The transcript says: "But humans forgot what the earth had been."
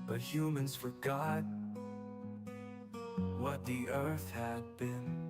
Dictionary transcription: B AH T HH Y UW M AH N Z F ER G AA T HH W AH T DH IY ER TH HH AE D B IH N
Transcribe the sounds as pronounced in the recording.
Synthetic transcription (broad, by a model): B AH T HH Y UW M AH N Z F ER G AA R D W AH T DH IY ER TH HH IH D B IH N